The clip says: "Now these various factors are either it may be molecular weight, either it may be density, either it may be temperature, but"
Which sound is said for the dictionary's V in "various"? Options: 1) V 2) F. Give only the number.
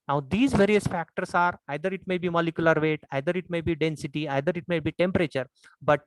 1